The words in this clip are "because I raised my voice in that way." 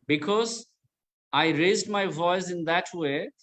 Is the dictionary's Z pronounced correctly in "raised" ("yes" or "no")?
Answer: yes